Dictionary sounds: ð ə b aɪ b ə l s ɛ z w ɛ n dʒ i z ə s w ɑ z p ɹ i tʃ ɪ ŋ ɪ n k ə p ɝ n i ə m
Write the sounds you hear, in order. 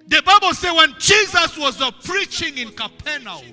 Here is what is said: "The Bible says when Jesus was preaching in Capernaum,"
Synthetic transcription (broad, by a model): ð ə b aɪ b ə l s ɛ w ɛ n dʒ i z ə s w ɑ z p ɹ i tʃ ɪ ŋ ɪ n k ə p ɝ n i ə